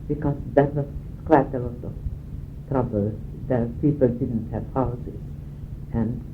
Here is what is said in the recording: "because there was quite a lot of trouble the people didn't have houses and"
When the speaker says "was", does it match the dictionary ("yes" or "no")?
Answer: no